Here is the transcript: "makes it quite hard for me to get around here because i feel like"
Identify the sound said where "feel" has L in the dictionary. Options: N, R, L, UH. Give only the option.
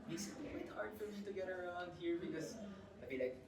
N